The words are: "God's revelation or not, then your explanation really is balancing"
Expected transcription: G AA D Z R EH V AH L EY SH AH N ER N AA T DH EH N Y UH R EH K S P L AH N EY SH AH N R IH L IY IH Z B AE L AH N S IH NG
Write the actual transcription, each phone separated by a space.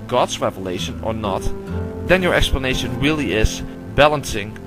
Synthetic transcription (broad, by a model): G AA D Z R EH V AH L EY SH AH N ER N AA T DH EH N Y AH R EH K S P L AH N EY SH AH N R IH L IY IH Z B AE L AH N S IH NG